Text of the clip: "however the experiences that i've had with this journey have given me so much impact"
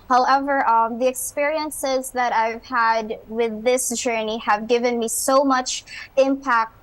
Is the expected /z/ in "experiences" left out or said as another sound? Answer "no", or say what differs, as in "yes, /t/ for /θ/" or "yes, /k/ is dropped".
no